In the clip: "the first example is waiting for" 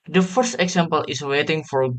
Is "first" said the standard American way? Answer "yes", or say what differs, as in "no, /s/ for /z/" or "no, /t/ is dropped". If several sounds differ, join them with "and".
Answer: yes